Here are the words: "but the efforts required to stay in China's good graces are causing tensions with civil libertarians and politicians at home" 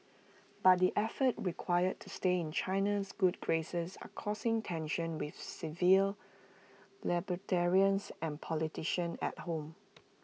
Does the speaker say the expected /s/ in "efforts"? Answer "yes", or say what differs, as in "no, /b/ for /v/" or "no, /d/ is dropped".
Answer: no, /s/ is dropped